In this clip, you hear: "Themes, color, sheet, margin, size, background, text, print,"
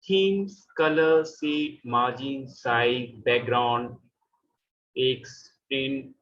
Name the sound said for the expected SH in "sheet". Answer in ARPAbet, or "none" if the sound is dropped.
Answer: S